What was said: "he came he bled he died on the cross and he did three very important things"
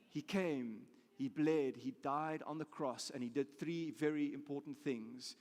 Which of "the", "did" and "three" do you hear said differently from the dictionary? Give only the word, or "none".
none